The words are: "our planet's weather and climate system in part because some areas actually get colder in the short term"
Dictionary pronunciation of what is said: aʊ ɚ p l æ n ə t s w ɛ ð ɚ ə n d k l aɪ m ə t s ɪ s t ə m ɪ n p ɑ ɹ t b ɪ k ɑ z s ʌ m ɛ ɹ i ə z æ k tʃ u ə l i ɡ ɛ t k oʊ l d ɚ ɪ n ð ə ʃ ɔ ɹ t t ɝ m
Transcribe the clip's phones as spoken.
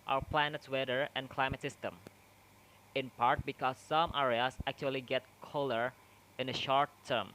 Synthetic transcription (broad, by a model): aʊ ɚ p l æ n ə t s w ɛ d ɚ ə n k l aɪ m ə t s ɪ s t ə m ɪ n p ɑ ɹ t b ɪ k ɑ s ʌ m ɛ ɹ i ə s æ k tʃ u ə l i ɡ ɛ t k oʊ l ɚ ɪ n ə ʃ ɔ ɹ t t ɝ m